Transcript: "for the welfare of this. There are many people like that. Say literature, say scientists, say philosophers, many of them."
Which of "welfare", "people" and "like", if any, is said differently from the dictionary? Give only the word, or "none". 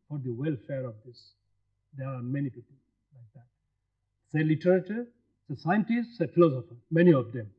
none